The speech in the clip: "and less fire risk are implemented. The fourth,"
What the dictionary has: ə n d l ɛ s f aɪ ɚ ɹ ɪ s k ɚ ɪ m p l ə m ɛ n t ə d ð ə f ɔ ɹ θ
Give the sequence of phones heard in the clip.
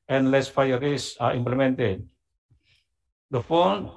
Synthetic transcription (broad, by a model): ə n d l ɛ s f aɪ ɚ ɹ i s ɑ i m p l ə m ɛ n t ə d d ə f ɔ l